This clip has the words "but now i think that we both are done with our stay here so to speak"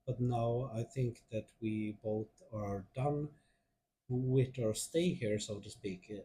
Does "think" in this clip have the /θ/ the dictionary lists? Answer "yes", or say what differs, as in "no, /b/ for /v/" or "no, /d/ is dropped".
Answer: yes